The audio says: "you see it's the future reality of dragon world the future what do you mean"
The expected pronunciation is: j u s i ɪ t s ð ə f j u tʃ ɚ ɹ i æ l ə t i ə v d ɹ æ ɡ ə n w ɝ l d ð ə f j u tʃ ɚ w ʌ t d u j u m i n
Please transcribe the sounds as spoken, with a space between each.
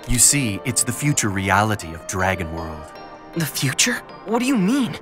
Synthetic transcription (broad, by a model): j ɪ s i ɪ t s ð ə f j u tʃ ɚ ɹ i æ l ə t i ə v d ɹ æ ɡ ə n w ɝ l d ð ə f j u tʃ ɚ w ʌ t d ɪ j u m i n